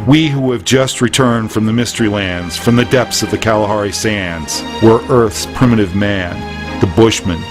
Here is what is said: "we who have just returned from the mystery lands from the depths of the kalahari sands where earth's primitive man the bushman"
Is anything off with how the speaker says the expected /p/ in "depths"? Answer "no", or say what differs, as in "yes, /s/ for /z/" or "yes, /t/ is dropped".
no